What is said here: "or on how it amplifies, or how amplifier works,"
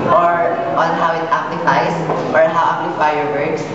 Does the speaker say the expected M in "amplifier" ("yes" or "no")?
no